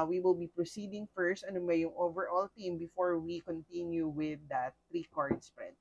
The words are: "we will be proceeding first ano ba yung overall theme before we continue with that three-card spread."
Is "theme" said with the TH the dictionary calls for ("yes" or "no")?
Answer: no